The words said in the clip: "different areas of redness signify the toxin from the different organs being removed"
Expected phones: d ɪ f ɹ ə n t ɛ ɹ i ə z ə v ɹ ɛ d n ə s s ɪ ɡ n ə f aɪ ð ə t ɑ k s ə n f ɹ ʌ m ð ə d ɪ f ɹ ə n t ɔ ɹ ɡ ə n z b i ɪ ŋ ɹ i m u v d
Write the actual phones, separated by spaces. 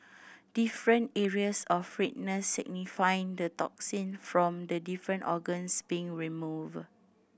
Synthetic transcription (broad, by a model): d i f ɹ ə n t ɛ ɹ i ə s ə f ɹ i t n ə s s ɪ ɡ n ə f aɪ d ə t ɑ k s ə n f ɹ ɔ m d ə d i f ɹ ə n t ɔ ɡ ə n s b i ɪ ŋ ɹ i m u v